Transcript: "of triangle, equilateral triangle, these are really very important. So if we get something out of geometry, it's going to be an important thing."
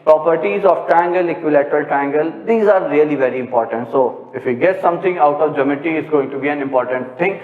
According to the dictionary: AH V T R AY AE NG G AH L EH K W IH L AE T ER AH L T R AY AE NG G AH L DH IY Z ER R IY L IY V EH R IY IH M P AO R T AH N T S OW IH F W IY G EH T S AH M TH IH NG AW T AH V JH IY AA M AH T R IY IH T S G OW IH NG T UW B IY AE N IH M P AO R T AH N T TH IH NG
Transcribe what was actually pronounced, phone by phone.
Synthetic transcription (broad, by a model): AH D T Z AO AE NG G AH L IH K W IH L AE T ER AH L T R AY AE NG G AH L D IY Z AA R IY L IY V EH R IY IH M P AO R T AH N T S OW IH F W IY G EH T S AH M T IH NG AW T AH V JH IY M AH T IY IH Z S G OW IH NG T UW B IY AE N IH M P AO R T AH N T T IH NG